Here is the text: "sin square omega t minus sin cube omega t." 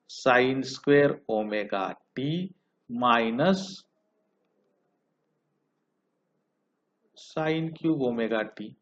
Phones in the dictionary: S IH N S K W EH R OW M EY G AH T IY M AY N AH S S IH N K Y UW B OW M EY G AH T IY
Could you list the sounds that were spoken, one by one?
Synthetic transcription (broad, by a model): S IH N S K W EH R OW M EY G AH T IY M AY N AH S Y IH N K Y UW OW M EY G AH T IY